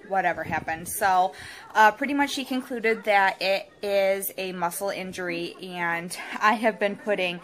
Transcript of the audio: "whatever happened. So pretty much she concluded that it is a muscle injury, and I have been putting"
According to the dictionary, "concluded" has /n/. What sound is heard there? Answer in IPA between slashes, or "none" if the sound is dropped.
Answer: /n/